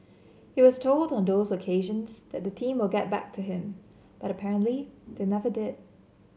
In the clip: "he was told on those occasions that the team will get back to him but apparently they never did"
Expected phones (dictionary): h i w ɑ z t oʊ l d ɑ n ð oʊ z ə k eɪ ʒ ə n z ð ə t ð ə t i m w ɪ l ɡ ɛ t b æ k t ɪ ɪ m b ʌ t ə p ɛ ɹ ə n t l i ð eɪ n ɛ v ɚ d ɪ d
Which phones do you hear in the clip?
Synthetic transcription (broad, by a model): h i w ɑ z t oʊ l d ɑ n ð oʊ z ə k eɪ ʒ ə n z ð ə t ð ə t i m w ɪ l ɡ ɛ t b æ k t ɪ ɪ m b ʌ t ə p ɛ ɹ ə n t l i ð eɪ n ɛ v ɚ d ɪ d